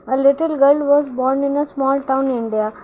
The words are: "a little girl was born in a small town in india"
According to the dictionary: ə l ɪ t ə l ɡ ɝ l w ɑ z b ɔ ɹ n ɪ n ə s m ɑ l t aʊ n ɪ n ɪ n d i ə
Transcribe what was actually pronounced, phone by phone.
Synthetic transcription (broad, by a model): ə l ɪ t ə l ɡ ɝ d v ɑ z b ɔ ɹ n ɪ n ə s m ɑ l t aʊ ɪ n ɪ n d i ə